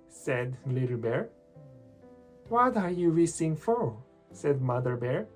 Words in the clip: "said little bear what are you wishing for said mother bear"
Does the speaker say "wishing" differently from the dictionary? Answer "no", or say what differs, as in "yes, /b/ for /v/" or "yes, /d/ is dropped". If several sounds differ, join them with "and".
yes, /s/ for /ʃ/